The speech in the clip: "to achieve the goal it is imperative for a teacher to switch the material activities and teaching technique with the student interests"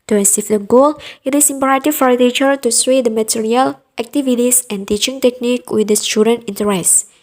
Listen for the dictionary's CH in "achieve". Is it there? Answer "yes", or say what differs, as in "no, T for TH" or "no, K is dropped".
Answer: no, S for CH